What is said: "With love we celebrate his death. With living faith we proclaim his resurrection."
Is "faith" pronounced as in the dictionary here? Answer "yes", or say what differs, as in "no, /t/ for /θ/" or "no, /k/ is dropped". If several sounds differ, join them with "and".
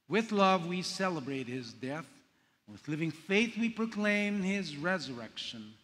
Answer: yes